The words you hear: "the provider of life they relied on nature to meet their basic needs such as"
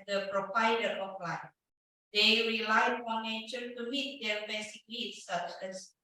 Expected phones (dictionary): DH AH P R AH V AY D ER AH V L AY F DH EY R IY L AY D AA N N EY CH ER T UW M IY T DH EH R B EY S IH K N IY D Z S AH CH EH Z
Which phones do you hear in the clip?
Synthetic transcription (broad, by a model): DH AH P R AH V AY D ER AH P L AY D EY R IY L AY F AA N N EY CH ER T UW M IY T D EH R B EY S IH K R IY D S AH CH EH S